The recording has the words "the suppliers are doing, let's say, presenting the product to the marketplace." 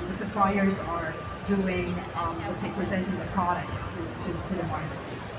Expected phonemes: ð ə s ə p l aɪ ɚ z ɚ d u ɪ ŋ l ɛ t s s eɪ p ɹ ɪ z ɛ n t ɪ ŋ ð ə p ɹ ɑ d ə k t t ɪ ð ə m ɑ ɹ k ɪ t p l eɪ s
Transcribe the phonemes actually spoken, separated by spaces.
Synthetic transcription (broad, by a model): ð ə s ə p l aɪ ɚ z ɚ d u ɪ ŋ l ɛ t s s eɪ p ɹ ɪ z ɛ n t ɪ ŋ ð ə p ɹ ɑ d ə k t t ɪ ð ə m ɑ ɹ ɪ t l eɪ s